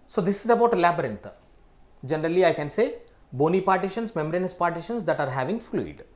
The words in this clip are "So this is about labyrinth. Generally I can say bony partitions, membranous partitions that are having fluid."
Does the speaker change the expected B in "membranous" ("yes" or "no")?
yes